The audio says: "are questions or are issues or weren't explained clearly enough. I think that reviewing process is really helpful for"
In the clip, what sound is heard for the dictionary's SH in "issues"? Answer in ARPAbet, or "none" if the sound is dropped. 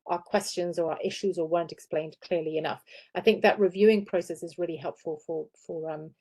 SH